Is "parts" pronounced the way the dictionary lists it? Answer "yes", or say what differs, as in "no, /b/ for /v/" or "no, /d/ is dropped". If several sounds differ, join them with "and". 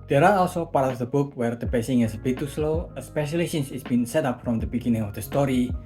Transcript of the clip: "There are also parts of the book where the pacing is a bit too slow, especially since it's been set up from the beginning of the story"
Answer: no, /s/ is dropped